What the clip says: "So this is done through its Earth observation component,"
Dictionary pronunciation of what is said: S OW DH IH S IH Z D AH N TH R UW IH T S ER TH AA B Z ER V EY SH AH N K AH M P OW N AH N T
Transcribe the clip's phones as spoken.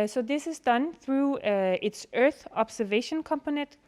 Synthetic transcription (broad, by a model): S OW DH IH S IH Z D AH N TH R UW IH T S ER TH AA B S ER V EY SH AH N K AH M P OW N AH N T